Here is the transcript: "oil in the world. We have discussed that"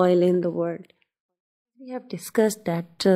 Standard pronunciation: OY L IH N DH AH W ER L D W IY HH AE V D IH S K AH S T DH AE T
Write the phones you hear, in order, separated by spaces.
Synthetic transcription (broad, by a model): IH L IH N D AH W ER D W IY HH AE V D IH S K AH S T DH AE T